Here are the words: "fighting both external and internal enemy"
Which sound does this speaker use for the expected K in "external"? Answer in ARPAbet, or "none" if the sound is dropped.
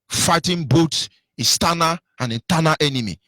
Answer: none